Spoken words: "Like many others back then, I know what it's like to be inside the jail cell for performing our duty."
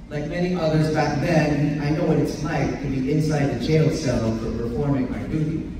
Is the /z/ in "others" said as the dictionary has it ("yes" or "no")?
yes